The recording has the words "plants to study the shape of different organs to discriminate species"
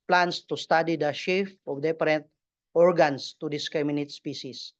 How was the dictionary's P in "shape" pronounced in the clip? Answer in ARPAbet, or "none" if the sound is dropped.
F